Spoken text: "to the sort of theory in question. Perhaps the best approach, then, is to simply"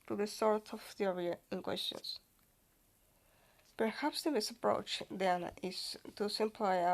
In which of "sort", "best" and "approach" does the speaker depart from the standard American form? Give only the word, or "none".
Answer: best